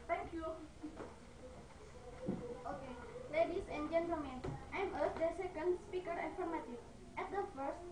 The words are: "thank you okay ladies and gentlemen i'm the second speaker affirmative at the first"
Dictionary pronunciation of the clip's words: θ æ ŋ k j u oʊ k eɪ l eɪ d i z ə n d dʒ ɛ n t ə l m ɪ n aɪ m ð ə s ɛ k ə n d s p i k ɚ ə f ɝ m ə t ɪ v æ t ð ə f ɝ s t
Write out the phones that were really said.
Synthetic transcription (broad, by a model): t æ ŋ k j u oʊ k eɪ l eɪ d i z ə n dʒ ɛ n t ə m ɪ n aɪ m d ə s ɛ k ə n d s p i k ɚ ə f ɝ m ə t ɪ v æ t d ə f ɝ s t